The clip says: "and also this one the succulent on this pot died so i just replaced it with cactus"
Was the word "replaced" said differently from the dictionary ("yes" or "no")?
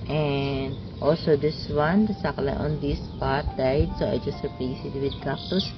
yes